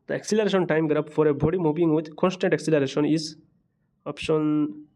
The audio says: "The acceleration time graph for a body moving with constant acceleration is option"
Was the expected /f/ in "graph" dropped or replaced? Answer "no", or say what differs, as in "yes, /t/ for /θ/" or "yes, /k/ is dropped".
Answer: yes, /p/ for /f/